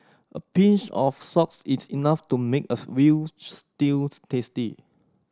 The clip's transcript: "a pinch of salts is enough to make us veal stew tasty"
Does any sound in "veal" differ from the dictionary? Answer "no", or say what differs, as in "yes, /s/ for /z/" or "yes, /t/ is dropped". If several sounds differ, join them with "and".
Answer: yes, /w/ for /v/